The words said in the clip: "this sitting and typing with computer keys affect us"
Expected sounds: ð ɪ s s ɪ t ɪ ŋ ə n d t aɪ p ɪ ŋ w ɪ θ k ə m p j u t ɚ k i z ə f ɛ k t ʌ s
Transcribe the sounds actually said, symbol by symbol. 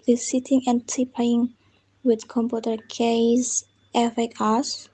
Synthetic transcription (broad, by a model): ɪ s s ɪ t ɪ ŋ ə n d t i p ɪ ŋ w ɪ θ k ə m p j u t ɚ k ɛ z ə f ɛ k ʌ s